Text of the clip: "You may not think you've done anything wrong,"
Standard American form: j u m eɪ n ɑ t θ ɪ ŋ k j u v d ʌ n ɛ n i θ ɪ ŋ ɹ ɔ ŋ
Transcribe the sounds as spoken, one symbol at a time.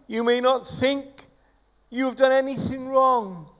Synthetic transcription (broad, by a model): j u m eɪ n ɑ t θ ɪ ŋ k j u v d ʌ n ɛ n i θ ɪ ŋ ɹ ɔ ŋ